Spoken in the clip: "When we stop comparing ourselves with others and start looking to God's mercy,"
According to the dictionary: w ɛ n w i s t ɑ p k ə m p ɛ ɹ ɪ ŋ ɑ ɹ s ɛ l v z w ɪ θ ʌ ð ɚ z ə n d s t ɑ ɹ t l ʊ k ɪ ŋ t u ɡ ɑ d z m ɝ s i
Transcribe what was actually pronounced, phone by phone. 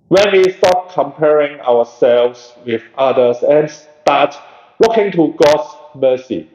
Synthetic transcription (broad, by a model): w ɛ n w i s t ɑ p k ə m p ɛ ɹ ɪ ŋ ɑ w s ɛ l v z w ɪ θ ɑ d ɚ s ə n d s t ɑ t l ʊ k ɪ ŋ t u ɡ ɑ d s m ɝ s i